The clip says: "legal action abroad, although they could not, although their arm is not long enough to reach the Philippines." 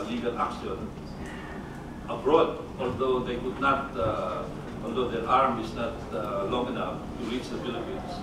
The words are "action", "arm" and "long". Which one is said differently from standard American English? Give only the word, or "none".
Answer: action